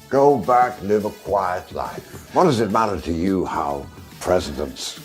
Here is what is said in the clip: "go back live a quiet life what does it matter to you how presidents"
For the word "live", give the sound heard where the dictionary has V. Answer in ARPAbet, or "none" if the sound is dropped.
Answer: V